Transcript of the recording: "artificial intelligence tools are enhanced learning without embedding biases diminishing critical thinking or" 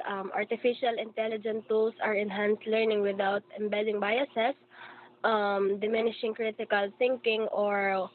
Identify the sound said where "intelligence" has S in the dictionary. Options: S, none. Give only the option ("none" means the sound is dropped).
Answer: none